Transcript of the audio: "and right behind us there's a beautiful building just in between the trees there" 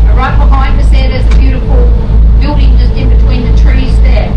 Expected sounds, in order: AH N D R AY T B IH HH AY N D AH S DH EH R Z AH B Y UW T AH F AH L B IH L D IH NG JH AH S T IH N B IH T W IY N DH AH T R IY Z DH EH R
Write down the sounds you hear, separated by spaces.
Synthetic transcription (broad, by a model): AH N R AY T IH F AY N AH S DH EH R Z AH B Y UW T AH F AH L B IH L D IH NG JH AH S T IH N B IH T W IY N DH AH T R IY Z DH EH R